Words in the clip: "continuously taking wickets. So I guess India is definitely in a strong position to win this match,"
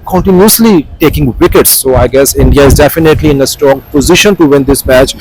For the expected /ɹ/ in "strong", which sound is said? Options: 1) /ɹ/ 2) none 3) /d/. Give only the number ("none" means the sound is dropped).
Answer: 2